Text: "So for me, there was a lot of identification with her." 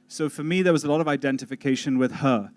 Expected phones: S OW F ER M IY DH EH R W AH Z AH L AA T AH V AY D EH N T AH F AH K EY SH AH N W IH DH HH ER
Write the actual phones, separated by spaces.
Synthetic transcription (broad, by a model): S OW F ER M IY DH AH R W AH Z AH L AA T AH V AY D EH N T AH F AH K EY SH AH N W IH DH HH ER